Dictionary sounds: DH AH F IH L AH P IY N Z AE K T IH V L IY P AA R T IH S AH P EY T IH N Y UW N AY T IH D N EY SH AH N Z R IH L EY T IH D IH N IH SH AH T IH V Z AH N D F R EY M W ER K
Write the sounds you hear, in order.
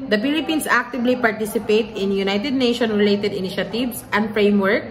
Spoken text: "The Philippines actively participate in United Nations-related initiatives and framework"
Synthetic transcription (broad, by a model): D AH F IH L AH P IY N S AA K T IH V L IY P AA R T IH S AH P EY T IH N Y UW N AY T IH D N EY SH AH N R IH L EY T IH D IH N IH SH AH T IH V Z AH N D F R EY M W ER K